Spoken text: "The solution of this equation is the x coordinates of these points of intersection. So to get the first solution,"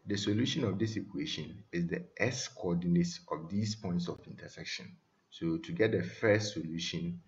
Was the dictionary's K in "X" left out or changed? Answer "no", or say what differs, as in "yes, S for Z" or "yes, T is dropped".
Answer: yes, K is dropped